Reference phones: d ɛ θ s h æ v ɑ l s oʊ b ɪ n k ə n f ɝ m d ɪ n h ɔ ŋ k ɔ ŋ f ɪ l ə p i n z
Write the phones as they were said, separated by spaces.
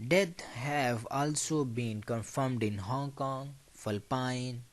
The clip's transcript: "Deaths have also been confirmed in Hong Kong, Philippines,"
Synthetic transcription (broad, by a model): d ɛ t h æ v ɑ l s oʊ b ɪ n k ə n f ɝ m d ɪ n h ɔ ŋ k ɔ ŋ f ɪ l p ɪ n